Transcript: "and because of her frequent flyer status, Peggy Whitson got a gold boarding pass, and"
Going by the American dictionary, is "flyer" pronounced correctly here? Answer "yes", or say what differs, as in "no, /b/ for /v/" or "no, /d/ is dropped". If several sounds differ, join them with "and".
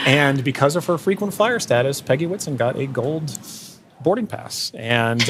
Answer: no, /l/ is dropped